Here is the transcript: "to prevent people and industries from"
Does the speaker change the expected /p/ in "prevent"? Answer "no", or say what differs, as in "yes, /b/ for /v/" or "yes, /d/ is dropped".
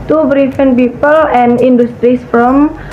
yes, /b/ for /p/